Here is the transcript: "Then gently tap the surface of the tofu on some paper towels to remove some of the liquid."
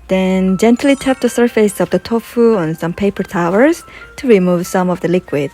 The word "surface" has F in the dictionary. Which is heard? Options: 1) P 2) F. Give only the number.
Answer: 2